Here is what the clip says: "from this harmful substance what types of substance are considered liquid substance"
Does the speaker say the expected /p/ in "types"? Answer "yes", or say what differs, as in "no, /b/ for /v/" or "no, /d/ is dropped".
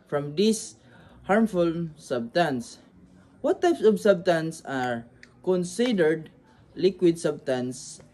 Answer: yes